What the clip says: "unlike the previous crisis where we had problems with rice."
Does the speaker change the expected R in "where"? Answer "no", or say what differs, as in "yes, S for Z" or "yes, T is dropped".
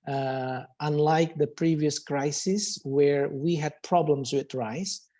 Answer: no